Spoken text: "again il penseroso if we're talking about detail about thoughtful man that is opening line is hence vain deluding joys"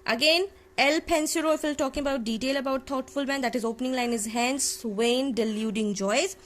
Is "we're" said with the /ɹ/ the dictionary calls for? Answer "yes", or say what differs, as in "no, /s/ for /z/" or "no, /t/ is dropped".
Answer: no, /l/ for /ɹ/